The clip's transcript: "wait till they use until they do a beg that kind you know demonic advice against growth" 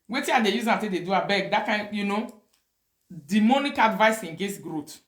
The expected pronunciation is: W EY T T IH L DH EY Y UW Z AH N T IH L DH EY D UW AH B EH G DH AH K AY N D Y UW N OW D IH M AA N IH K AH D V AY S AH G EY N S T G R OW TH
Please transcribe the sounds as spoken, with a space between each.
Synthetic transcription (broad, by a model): W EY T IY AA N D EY Y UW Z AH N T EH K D EY D UW AH B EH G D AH K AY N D Y UW N OW D IH M AA N IH K AH D V AY S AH G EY S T G R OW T